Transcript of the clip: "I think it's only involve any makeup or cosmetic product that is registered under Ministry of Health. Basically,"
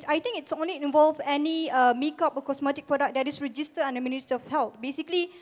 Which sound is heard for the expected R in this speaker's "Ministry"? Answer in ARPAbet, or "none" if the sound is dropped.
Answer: none